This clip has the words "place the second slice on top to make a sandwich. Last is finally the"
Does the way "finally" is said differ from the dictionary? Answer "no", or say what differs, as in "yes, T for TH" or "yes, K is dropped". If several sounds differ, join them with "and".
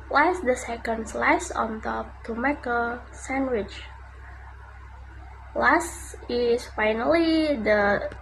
no